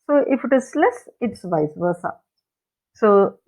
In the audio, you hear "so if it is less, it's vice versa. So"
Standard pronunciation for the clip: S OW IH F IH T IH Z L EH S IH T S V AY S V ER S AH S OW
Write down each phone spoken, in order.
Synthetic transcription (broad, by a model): S OW IH F IH T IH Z L EH S IH T S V AY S B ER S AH S OW